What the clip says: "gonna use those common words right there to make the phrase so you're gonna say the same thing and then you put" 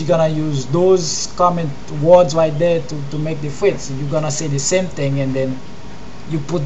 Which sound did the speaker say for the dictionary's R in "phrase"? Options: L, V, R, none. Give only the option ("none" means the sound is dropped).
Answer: none